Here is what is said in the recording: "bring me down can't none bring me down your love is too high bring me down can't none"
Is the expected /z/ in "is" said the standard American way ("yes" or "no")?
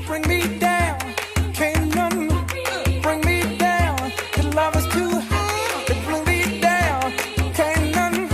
no